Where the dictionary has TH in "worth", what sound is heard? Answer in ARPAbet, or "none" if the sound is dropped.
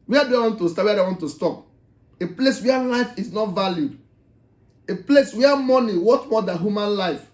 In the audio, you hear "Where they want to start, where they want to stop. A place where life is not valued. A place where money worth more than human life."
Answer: T